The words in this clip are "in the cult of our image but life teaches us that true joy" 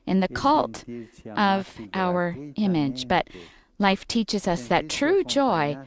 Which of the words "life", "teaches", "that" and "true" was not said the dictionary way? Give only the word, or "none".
none